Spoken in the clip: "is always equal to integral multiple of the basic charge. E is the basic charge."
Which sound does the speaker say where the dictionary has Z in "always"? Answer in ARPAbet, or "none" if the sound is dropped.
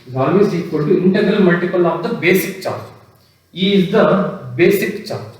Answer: S